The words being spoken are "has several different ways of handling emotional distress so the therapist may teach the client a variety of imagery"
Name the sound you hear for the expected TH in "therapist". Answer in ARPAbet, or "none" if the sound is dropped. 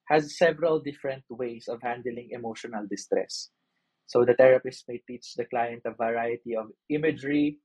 T